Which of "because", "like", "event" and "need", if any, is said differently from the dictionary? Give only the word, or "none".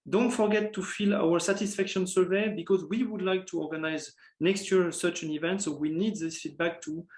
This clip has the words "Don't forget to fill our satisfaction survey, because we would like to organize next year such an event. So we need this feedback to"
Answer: none